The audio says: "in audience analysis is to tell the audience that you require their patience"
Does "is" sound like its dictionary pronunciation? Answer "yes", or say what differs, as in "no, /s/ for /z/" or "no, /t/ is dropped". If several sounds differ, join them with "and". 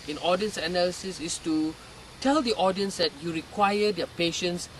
no, /s/ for /z/